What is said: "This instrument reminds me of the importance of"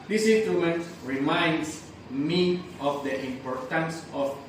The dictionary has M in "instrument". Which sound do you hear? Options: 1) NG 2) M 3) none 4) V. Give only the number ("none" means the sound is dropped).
3